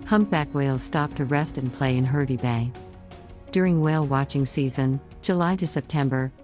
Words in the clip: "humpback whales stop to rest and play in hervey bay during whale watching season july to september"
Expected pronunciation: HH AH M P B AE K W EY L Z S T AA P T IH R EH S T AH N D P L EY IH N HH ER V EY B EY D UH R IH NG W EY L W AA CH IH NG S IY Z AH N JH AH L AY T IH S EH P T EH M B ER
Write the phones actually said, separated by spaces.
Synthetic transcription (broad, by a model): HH AH M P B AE K W EY L Z S T AA P T IH R EH S T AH N P L EY IH N HH ER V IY B EY D UH R IH NG W EY L W AA CH IH NG S IY Z AH N JH AH L AY T IH S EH P T EH M B ER